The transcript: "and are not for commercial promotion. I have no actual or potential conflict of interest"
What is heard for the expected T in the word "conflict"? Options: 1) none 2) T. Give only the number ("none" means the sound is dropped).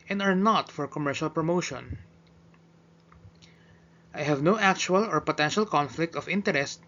2